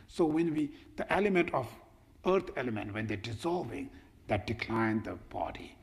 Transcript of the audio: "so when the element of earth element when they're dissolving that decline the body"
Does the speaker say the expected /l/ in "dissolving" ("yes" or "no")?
yes